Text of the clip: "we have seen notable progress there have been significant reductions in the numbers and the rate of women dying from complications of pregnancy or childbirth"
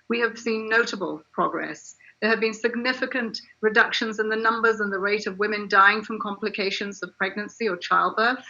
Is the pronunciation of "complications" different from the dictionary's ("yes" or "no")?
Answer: no